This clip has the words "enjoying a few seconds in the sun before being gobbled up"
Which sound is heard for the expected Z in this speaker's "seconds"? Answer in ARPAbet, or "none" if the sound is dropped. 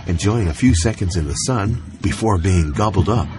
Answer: Z